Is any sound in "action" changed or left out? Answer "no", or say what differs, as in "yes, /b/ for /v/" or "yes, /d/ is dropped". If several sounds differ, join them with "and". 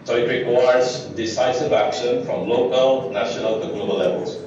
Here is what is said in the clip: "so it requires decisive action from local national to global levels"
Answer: no